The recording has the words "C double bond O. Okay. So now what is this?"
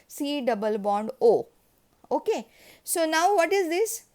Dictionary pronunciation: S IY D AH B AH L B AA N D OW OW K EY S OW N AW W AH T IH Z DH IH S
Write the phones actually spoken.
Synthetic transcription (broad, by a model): S IY D AH B AH L B AA N D OW OW K EY S OW N AW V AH T IH Z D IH S